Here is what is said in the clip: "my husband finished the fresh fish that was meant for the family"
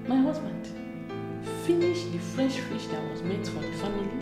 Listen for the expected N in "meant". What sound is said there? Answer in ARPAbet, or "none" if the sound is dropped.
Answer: none